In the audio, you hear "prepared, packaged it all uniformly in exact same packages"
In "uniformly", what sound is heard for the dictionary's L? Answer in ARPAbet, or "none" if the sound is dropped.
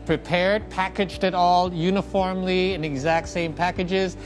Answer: L